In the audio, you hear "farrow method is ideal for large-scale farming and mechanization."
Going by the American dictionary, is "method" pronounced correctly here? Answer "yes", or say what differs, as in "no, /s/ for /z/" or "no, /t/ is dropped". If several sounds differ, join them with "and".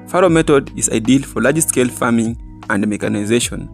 no, /t/ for /θ/